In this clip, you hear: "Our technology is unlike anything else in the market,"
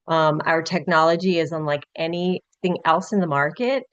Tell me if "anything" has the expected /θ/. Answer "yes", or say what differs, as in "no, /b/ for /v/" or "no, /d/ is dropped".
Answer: yes